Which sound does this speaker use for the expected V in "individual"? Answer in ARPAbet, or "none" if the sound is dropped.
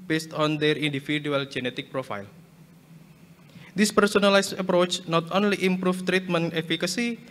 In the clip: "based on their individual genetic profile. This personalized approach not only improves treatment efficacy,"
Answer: F